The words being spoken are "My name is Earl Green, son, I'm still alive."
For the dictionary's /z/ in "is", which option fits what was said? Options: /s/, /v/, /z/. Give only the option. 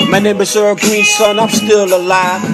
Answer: /s/